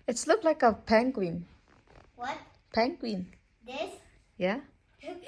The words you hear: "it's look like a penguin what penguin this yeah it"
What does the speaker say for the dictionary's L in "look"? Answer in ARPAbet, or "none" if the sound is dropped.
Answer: L